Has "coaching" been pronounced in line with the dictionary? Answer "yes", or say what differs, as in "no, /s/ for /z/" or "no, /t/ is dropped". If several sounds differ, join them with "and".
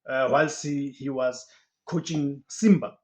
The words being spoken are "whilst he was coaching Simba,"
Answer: yes